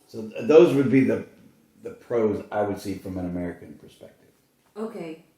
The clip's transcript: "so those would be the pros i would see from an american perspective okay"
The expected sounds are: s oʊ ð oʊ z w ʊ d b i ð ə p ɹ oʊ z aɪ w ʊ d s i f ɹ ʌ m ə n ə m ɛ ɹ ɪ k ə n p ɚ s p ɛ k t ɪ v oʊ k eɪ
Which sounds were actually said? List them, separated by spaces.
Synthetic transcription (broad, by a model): s oʊ ð oʊ z w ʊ d b i ð ə p ɹ oʊ z aɪ w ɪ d s i f ɹ ʌ m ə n ə m ɛ ɹ ɪ k ə n p ɚ s p ɛ k t ɪ v oʊ k eɪ